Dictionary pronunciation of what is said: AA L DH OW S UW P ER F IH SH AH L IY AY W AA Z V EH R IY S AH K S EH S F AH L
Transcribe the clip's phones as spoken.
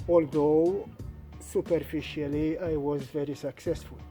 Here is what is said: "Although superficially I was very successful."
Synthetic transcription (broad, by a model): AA L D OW S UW P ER F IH SH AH L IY AY W AA Z V EH R IY S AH K S EH S F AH L